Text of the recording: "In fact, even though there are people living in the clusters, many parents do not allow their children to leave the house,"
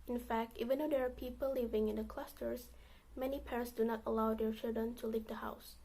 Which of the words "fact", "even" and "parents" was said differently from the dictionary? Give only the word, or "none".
none